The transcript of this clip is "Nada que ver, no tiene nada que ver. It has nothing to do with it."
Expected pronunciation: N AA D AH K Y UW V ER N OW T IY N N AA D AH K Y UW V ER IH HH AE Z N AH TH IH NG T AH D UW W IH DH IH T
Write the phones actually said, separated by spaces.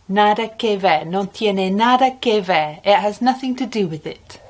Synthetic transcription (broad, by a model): N AA D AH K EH V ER N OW T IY N N AA D AH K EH V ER IH HH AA Z N AH TH IH NG T AH D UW W IH DH IH T